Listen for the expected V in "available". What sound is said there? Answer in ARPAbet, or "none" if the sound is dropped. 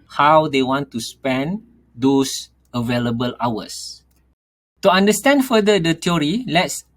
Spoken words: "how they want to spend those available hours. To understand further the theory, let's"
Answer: V